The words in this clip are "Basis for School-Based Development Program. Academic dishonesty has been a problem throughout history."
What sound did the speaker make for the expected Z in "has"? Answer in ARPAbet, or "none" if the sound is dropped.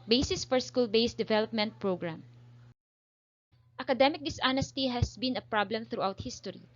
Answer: S